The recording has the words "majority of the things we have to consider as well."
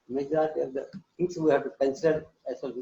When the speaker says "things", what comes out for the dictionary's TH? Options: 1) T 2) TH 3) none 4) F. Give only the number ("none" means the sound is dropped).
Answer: 1